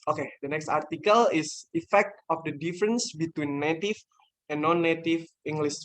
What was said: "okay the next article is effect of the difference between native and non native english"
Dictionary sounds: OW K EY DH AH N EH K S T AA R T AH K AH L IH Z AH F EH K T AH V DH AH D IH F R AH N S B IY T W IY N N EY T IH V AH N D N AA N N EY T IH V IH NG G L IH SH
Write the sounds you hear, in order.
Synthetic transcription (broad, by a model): OW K EY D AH N EH K S T AA R T AH K AH L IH S AH F EH K T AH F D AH D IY F R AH N S B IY T W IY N N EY T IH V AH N N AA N N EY T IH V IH NG G L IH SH